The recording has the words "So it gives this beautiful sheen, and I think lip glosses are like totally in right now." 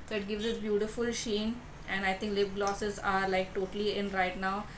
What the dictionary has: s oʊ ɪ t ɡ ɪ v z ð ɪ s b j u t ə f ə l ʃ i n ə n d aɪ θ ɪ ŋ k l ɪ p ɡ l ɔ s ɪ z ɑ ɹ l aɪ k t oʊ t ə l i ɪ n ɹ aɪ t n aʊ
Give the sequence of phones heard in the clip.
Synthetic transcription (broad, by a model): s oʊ ɪ t ɡ ɪ v z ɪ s b j u t ə f ə l ʃ i n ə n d aɪ t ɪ ŋ k l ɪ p ɡ l ɔ s ɪ z ɑ ɹ l aɪ k t oʊ t ə l i ɪ n ɹ aɪ t n aʊ